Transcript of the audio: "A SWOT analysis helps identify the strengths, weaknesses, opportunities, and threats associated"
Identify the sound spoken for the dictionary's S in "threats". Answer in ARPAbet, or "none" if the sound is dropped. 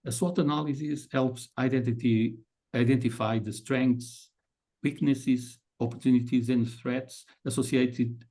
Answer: S